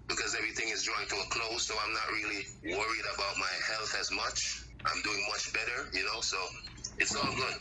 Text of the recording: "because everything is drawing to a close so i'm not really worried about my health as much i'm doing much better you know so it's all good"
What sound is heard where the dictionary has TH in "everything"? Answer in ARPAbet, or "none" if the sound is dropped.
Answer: TH